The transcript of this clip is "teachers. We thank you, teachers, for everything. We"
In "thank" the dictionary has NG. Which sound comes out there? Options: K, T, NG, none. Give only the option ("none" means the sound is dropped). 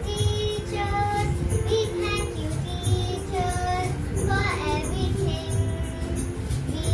none